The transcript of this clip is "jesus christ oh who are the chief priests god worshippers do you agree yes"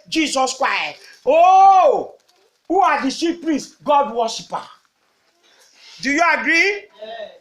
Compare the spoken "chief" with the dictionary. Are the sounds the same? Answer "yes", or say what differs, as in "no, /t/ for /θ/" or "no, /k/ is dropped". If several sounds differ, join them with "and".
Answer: no, /s/ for /tʃ/